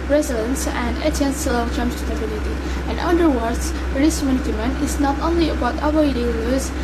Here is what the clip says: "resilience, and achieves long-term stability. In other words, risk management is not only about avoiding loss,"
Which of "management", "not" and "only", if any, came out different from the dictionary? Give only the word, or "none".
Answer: management